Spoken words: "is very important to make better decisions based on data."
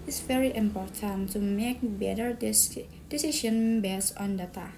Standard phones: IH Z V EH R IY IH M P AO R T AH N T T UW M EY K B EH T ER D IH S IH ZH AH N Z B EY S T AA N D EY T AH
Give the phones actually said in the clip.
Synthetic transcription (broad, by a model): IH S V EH R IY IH M P AO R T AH N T T UW M EY K B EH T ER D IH S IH SH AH N B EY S AA N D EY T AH